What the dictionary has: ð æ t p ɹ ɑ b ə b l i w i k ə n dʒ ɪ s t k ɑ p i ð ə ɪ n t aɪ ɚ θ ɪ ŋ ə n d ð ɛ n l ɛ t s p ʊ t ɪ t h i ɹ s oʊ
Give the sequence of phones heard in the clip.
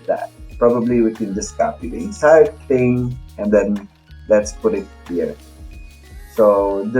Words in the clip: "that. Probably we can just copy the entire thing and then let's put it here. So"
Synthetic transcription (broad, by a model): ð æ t p ɹ ɑ b ə b l i w i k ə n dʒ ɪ s k ɑ p i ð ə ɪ n s aɪ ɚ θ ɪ ŋ ə n d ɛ n l ɛ t s p ʊ t ɪ t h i ɹ s oʊ